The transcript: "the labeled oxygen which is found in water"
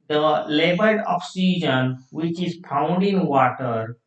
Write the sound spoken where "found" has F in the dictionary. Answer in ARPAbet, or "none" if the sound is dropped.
P